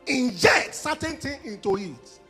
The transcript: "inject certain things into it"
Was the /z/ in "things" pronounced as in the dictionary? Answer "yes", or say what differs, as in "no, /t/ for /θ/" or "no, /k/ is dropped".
no, /z/ is dropped